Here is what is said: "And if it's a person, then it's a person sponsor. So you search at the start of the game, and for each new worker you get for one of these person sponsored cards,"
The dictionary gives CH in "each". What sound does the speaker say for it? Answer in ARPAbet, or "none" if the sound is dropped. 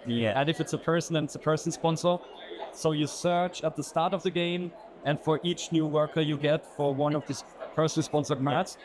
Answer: CH